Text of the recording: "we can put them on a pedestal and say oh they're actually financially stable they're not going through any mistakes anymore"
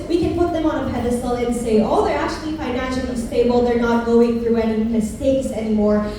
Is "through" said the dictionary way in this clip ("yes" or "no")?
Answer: yes